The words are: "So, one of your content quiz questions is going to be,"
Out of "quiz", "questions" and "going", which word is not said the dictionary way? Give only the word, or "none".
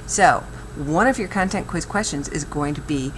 none